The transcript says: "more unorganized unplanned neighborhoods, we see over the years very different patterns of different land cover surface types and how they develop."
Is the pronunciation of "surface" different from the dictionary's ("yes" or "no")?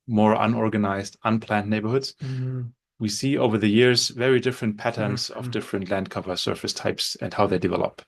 no